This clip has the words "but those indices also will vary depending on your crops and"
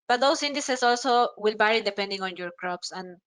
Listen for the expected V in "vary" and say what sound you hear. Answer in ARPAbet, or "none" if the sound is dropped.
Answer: B